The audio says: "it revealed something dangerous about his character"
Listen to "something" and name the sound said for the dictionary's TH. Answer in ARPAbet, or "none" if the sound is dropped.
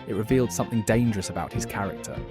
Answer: TH